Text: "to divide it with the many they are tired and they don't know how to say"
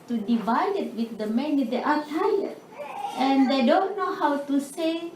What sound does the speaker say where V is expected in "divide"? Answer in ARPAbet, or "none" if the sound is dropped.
V